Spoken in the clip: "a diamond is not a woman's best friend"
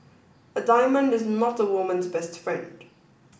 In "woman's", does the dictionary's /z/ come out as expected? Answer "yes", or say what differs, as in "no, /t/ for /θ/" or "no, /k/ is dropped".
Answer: yes